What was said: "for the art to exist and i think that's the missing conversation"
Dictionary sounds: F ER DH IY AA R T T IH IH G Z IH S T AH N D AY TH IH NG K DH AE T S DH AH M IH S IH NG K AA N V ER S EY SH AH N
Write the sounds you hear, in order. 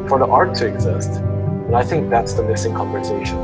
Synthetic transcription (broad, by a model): F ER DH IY AA R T T IH IH G Z IH S T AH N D AY TH IH NG K DH AE T S DH AH M IH S IH NG K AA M V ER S EY SH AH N